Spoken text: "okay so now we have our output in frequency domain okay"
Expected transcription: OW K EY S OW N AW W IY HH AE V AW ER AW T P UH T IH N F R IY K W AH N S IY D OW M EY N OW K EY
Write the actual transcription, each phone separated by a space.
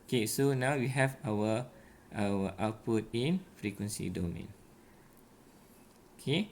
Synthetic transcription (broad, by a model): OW K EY S OW N AW W IY HH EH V AW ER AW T P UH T IH N F R IY K W AH N S IY D OW M EY N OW K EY